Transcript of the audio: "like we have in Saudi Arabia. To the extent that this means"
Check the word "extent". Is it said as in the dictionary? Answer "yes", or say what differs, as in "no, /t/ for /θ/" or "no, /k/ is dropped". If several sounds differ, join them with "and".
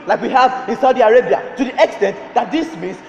yes